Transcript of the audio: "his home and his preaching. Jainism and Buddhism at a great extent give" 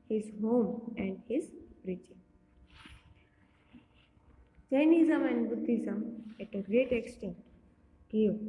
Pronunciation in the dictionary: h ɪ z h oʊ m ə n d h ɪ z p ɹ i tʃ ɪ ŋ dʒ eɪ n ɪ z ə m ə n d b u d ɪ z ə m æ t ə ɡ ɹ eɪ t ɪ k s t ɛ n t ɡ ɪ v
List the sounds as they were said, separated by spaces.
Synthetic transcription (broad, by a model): h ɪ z h oʊ m ə n d h ɪ z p ɹ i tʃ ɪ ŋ tʃ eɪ n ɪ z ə m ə n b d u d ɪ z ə m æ t ə ɡ ɹ eɪ t ɪ k s t ɛ n t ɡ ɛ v